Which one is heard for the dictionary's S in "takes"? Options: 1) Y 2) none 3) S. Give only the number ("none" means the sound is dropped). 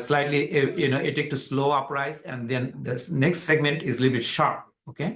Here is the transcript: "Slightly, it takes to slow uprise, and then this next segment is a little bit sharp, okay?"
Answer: 2